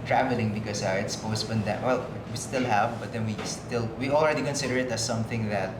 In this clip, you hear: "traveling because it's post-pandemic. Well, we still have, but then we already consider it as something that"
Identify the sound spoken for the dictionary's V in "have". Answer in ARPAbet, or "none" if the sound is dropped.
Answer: V